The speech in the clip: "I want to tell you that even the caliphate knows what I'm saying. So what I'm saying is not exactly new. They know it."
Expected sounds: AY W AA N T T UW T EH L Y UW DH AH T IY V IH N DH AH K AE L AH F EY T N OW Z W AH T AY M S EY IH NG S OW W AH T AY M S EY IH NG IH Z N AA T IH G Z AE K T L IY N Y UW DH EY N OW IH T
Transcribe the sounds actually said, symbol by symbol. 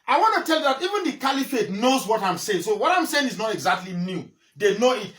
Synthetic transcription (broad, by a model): AY W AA N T T UW T EH L Y UW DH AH T IY V IH N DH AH K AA L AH F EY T N OW Z W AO T AY M S EY IH NG S OW W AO T AY M S EY IH NG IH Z N AA T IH G Z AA K T L IY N Y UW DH EY N OW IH T